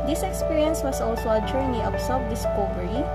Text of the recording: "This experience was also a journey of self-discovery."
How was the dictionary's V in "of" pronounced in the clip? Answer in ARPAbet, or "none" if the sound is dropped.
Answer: P